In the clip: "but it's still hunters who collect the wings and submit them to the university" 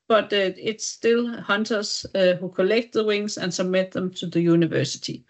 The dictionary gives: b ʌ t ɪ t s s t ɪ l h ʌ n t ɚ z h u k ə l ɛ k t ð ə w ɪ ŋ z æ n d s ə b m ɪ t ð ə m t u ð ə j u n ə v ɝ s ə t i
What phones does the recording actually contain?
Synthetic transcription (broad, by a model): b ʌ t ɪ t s s t ɪ l h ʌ n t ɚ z h u k ə l ɛ k t ð ə w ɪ ŋ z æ n s ə b m ɪ t ð ə m t u ð ə j u n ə v ɝ s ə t i